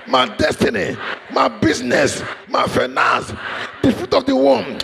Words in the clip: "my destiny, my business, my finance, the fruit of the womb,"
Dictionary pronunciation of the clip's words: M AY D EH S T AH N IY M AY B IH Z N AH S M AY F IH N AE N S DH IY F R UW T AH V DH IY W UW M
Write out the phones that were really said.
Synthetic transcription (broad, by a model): M AY D EH S T AH N IY M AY B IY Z N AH S M AY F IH N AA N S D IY F UW T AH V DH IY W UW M